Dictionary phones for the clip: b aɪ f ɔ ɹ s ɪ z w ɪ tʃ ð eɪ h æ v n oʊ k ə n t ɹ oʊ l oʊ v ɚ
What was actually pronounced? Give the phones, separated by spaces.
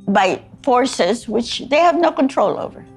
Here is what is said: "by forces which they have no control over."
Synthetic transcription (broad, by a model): b aɪ f ɔ ɹ s ɪ z w ɪ tʃ ð eɪ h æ v n oʊ k ə n t ɹ oʊ l oʊ v ɚ